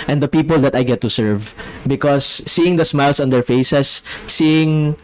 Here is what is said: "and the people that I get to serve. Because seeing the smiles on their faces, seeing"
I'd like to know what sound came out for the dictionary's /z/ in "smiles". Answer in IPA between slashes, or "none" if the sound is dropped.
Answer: /s/